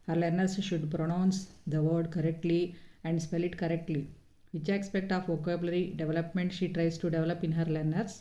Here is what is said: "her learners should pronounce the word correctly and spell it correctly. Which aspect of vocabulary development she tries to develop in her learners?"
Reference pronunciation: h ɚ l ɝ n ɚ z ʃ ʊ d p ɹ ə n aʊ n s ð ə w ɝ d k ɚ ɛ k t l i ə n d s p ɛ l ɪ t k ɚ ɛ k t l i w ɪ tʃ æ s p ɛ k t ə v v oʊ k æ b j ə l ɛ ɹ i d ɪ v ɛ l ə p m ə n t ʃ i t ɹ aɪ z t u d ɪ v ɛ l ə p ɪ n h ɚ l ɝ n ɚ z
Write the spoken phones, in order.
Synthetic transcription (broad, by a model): h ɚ l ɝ n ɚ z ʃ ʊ d p ɹ ə n aʊ n s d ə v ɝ d k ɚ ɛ k t l i ə n d s p ɛ l ɪ t k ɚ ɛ k t l i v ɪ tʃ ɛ s p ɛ k t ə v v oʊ k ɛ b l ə ɹ i d ɪ v ɛ l ə p m ə n t ʃ i t ɹ aɪ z t u d ɪ v ɛ l ə p ɪ n h ɚ l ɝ n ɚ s